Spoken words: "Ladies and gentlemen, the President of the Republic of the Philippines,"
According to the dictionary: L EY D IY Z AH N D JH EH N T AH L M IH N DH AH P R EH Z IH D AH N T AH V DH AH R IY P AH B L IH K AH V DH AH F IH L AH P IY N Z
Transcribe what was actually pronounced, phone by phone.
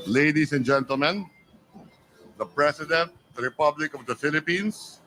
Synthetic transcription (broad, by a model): L EY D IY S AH N JH EH N T AH L M IH N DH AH P R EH S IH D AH N T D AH R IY P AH B L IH K AH V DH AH F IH L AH P IY N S